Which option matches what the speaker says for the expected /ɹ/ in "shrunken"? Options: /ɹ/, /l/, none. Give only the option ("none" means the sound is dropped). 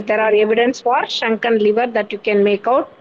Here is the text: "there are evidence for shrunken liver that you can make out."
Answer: none